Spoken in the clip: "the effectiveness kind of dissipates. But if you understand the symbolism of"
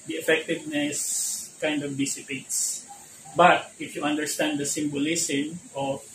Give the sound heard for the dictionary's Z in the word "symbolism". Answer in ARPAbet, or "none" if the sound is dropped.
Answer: S